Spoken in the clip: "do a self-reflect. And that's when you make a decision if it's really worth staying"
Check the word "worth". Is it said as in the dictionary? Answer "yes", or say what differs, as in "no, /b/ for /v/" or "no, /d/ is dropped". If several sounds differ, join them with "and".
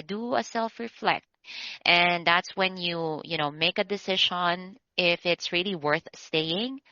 yes